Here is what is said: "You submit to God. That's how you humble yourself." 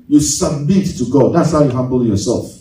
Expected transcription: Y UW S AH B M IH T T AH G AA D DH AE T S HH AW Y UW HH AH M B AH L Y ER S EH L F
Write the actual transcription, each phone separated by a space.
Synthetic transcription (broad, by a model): Y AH S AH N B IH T T AH G AA D DH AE T S HH AW Y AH HH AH M B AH N Y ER S EH L F